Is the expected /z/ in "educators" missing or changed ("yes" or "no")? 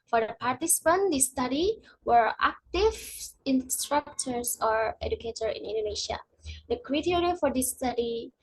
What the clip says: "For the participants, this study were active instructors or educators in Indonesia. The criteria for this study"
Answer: yes